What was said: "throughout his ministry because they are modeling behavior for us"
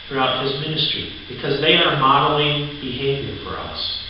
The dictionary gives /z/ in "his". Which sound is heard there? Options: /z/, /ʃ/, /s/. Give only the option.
/z/